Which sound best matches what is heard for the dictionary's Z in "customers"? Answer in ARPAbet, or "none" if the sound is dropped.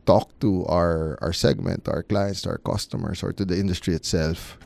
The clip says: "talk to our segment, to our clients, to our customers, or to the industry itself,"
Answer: S